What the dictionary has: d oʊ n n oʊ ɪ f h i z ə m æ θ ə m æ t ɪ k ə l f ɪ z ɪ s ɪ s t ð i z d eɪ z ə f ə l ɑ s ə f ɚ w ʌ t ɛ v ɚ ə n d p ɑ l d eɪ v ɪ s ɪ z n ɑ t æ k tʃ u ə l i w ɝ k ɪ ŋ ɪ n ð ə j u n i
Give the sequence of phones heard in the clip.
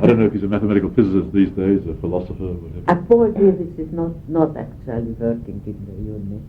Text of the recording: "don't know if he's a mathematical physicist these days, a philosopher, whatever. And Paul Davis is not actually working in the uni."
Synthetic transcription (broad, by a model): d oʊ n n oʊ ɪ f h i z ə m æ θ ə m æ t ɪ k ə l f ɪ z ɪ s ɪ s ð i z d eɪ z ə f ə l ɑ s ə f ɚ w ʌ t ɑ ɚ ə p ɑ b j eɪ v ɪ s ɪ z n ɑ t æ k tʃ u ə l i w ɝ k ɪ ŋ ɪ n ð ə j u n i